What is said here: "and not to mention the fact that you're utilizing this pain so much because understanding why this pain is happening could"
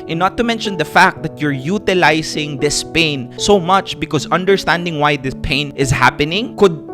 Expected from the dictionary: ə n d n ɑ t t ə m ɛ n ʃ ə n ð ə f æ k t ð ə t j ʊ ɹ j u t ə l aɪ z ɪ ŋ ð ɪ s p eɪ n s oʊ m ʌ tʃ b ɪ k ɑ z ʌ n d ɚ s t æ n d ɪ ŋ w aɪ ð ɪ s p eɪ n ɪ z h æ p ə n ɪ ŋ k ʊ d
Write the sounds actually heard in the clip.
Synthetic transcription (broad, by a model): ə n n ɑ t t ə m ɛ n ʃ ə n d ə f æ k t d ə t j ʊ ɹ j u t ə l aɪ s ɪ ŋ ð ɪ s p eɪ n s oʊ m ʌ tʃ b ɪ k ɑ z ʌ n d ɚ s t æ n d ɪ ŋ w aɪ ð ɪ s p eɪ n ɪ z h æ p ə n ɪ ŋ k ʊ d